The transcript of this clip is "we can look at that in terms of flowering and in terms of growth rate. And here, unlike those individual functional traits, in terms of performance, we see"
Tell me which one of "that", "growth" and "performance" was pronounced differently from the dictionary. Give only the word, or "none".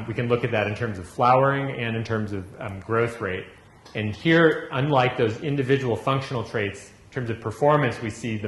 none